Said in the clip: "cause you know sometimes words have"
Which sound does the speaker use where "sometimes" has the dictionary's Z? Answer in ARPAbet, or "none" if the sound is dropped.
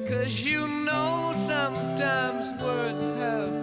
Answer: Z